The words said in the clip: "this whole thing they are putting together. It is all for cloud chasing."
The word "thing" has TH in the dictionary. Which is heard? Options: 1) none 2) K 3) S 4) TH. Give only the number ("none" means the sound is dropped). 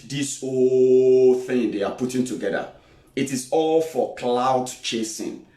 4